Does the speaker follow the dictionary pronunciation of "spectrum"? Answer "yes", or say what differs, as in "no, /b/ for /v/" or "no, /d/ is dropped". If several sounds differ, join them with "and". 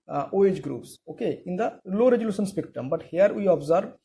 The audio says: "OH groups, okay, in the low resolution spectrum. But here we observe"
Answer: no, /ɹ/ is dropped